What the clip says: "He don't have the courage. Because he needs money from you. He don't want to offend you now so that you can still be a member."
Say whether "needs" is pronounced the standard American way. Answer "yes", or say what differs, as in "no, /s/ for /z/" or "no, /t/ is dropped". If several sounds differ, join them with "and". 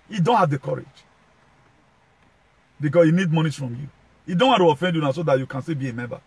no, /z/ is dropped